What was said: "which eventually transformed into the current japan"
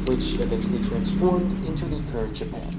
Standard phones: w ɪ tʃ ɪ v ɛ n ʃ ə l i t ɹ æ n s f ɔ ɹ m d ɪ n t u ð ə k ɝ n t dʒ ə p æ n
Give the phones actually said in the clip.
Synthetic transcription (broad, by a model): w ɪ tʃ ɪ v ɛ n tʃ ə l i t ɹ æ n s f ɔ ɹ m d ɪ n t u ð ə k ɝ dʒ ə p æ n